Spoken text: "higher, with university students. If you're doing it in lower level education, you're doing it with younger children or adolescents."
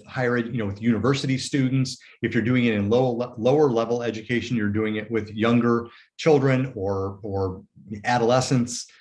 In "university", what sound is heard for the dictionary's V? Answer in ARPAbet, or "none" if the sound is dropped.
V